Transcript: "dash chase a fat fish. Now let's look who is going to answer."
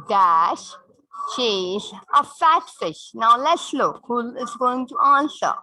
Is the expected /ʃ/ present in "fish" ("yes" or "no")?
yes